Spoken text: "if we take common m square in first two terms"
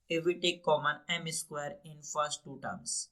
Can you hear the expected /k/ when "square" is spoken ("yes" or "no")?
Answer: yes